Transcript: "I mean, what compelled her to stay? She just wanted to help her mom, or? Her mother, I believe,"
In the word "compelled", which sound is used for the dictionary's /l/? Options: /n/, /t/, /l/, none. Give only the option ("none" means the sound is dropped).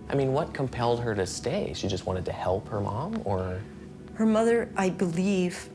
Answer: /l/